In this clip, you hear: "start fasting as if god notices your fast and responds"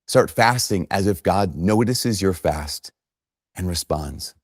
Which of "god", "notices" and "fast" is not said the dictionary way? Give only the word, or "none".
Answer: none